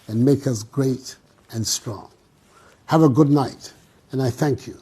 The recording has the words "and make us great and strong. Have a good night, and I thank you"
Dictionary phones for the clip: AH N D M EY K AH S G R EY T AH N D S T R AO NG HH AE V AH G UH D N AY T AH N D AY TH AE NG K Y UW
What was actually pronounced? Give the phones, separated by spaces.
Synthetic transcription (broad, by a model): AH N M EY K AH S G R EY T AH N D S T R AO NG HH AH V AH G UH D N AY T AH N AY TH AE NG K Y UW